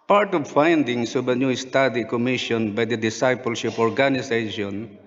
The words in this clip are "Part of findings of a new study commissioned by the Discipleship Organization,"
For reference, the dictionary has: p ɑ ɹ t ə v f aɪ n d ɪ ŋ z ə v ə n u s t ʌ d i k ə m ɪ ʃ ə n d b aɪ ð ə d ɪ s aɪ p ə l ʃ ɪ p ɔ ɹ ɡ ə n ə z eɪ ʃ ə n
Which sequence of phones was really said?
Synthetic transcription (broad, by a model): p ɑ ɹ t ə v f aɪ n d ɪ ŋ s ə b ə n u s t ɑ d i k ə m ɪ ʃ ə n b aɪ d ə d ɪ s aɪ p ə l ʃ ɪ p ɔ ɹ ɡ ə n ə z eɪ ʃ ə n